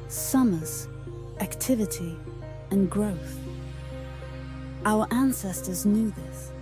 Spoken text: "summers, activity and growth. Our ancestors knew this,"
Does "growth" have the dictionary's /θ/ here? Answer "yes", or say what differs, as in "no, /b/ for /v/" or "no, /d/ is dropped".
yes